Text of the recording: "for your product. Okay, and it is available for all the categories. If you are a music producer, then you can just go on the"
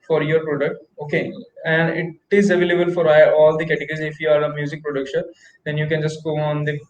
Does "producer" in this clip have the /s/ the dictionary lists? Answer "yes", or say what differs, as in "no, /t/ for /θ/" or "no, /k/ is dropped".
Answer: no, /ʃ/ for /s/